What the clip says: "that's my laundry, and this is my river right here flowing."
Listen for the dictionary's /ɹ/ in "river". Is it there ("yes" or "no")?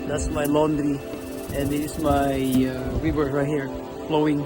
no